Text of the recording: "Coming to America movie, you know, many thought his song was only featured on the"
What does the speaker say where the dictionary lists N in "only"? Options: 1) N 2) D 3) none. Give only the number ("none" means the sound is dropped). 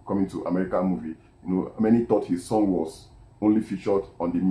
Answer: 1